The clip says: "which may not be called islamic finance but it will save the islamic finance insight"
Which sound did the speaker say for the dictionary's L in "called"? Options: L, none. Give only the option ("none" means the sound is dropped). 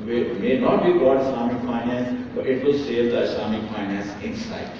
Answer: none